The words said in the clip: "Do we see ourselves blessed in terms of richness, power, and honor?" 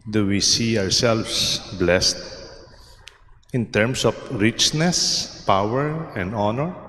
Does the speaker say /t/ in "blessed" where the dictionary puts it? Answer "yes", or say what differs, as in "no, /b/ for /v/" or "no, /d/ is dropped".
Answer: yes